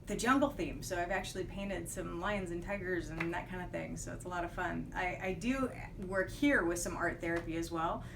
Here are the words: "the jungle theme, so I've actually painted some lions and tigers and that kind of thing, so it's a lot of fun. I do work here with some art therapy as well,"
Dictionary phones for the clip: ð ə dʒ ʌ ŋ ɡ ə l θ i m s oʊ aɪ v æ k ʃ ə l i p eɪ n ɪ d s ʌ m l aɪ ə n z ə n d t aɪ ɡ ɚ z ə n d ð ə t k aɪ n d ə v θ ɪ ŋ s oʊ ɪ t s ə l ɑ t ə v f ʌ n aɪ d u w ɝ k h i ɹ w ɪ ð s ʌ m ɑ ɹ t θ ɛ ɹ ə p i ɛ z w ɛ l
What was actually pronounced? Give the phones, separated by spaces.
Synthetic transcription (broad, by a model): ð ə dʒ ʌ ŋ ɡ l θ i m s oʊ aɪ v æ k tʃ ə l i p eɪ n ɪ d s ʌ m l aɪ ə n z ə n t aɪ ɡ ɚ z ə n ð ə t k aɪ n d ə v θ ɪ ŋ s oʊ ɪ t s ə l ɑ t ə v f ʌ n aɪ d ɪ w ɝ k h i ɹ w ɪ ð s ʌ m ɑ ɹ t θ ɛ ɹ ə p i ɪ z w ɛ l